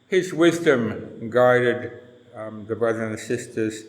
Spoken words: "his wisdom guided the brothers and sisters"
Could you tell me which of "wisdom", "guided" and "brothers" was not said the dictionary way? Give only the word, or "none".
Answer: brothers